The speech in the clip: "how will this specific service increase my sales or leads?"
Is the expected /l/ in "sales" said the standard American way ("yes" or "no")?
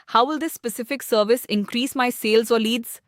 yes